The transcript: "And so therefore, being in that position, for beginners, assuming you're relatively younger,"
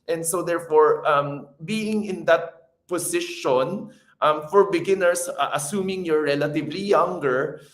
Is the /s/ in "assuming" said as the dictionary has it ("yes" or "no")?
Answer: yes